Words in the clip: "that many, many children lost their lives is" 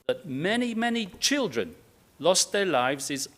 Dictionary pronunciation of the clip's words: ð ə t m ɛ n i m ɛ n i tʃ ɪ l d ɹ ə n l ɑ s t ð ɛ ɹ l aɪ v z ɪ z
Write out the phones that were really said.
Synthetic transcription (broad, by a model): ð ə t m ɛ n i m ɛ n i tʃ ɪ l d ɹ ə n l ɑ s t ð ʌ ɹ l aɪ v z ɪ z